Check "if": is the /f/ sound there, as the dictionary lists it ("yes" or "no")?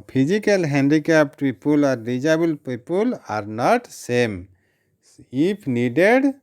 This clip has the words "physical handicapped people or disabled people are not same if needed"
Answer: no